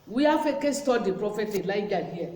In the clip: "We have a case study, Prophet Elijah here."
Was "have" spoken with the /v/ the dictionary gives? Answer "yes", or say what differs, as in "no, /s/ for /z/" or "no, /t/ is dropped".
no, /f/ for /v/